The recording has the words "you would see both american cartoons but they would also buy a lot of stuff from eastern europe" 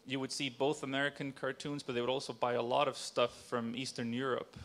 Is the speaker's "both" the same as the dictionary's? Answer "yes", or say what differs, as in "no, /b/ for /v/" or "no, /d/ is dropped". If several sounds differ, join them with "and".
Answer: yes